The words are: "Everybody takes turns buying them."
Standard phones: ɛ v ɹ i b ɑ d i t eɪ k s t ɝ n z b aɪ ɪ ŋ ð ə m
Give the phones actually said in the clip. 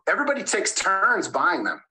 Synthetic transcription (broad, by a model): ɛ v ɹ i b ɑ d i t eɪ k s t ɝ n z b aɪ ɪ ŋ ð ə m